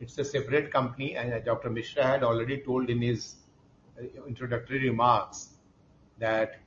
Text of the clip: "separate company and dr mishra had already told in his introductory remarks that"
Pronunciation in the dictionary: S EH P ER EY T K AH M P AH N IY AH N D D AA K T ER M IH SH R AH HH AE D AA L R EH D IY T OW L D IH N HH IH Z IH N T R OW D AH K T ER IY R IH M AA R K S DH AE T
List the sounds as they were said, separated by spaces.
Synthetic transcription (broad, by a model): S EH P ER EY T K AH M P AH N IY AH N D D AA K T ER M IH SH R AH HH AE D AA L R EH D IY T OW L D IH N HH IH Z IH N T R OW D AH K T ER IY R IH M AA R K S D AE T